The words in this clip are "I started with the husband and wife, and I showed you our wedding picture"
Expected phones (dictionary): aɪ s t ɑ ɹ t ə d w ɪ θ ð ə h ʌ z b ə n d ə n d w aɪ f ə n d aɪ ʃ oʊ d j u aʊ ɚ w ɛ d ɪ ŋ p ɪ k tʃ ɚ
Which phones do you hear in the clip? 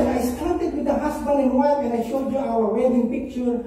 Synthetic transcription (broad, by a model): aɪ s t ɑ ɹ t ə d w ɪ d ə h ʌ s b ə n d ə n w aɪ f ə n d aɪ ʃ oʊ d j u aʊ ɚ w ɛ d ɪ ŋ p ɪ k tʃ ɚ